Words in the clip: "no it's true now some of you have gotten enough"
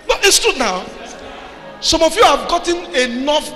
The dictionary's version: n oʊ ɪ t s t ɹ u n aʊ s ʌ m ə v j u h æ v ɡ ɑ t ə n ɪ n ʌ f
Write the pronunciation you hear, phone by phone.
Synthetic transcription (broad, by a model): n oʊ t s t u n aʊ s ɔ m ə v j u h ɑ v ɡ ɑ t ə n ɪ n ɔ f